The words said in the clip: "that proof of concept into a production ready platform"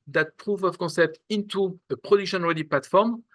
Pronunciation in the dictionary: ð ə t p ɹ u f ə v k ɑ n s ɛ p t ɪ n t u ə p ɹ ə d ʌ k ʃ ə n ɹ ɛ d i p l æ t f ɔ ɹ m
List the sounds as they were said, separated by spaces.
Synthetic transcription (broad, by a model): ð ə t p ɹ u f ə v k ɑ n s ɛ p t ɪ n t u ə p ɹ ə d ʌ k ʃ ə n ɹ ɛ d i p l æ t f ɔ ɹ m